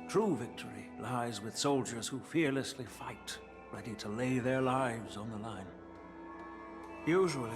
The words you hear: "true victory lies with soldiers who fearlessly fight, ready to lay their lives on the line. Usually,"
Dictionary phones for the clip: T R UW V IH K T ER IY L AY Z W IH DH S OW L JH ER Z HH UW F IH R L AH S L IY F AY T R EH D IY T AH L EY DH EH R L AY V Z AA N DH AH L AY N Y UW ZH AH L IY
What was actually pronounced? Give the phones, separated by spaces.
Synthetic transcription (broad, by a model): T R UW V IH K T ER IY L AY Z W IH DH S OW L JH ER Z HH UW F IH R L AH S L IY F AY T R EH D IY T AH L EY DH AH R L AY V Z N DH AH L AY N Y UW ZH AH L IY